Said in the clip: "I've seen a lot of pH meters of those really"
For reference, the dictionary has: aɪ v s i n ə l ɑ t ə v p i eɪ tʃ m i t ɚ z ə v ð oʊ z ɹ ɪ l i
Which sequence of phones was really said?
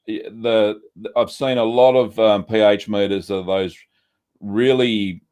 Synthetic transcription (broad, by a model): aɪ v s i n ə l ɑ t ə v p i eɪ tʃ m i t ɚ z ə ð oʊ z ɹ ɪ l i